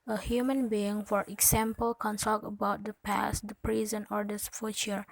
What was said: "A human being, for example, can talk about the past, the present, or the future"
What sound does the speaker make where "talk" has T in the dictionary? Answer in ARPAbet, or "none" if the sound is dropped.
S